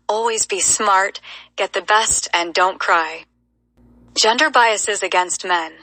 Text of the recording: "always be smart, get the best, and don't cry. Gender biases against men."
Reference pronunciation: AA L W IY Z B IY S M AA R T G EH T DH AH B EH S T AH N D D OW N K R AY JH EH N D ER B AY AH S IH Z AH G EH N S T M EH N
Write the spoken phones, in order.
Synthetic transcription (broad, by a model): AA L W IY Z B IY S M AA R T G EH T DH AH B EH S T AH N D D OW N K R AY JH EH N D ER B AY AH S IH Z AH G EH N S T M EH N